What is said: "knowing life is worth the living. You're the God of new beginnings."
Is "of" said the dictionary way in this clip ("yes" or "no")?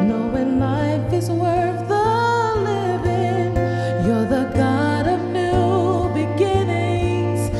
yes